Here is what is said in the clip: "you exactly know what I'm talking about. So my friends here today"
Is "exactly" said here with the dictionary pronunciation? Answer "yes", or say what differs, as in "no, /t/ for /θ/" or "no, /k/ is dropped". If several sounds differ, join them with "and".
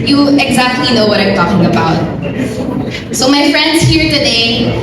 yes